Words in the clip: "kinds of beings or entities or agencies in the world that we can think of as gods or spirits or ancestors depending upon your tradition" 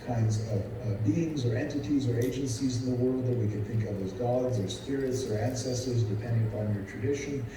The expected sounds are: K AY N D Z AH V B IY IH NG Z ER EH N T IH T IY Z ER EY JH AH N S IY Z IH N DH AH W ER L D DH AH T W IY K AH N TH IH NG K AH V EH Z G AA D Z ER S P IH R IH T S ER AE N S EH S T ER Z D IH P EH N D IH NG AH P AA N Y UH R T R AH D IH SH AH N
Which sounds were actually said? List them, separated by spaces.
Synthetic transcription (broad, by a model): K AY N D Z AH V B IY IH NG Z ER EH N T IH T IY Z ER EY JH AH N S IY Z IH N DH AH W ER L D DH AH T W IY K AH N TH IH NG K AH V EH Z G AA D Z ER S P IH R IH T S ER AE N S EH S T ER Z D IH P EH N D IH NG AH P AA N Y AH R T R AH D IH SH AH N